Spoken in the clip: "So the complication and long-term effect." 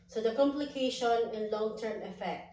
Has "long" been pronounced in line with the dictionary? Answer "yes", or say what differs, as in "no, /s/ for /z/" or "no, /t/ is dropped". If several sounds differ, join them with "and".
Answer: yes